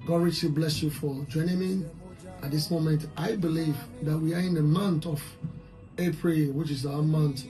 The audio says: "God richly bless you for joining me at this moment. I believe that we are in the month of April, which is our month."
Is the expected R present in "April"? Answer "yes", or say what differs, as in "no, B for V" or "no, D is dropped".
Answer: yes